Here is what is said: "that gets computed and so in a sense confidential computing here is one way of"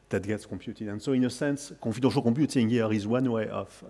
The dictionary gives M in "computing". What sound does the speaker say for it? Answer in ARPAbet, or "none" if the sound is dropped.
none